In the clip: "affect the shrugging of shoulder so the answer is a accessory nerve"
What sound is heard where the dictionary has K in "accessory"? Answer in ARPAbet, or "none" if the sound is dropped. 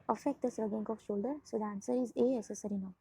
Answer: none